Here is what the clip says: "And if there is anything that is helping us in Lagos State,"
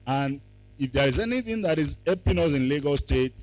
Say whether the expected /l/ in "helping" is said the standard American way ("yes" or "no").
no